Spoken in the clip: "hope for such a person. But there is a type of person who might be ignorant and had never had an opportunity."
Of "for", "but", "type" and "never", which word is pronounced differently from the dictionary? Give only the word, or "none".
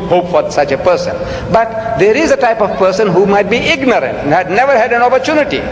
none